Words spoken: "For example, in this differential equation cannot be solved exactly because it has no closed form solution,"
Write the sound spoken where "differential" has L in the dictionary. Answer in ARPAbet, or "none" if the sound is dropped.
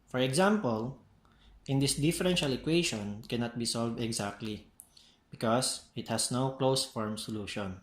L